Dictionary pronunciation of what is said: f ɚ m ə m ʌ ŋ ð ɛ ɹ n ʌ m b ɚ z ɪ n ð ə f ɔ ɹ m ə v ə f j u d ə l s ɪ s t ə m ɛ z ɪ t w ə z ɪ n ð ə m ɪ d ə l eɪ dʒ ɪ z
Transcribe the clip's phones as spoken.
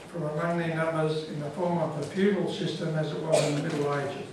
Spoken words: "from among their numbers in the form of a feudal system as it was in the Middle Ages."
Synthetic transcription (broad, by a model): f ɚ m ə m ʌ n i n ʌ m b ɚ z ɪ n ð ə f ɔ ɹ m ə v ə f j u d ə l s ɪ s t ə m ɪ z ɪ t w ə z ɪ n ð ə m ɪ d l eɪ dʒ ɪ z